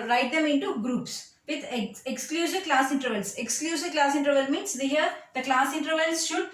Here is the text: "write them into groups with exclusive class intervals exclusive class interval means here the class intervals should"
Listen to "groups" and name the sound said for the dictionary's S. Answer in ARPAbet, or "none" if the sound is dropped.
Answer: S